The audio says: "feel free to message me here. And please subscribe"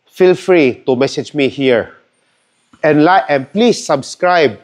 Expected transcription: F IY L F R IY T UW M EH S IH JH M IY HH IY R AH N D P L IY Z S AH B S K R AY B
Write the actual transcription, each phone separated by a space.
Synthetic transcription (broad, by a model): F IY L F R IY T UW M EH S IH JH M IY HH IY R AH N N P L IY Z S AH B S K R AY B